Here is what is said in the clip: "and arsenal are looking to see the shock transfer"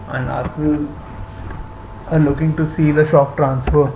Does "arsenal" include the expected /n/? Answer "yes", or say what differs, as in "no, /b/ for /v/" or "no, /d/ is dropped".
no, /n/ is dropped